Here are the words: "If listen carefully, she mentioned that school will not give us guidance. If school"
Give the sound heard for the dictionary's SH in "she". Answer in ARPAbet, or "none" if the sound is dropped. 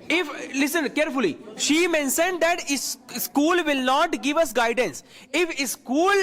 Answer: SH